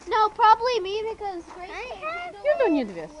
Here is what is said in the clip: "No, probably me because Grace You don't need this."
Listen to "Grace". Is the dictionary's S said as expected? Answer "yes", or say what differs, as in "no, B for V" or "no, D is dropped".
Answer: no, S is dropped